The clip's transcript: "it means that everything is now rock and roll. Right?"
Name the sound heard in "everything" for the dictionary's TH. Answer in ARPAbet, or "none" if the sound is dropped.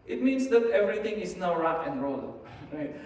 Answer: T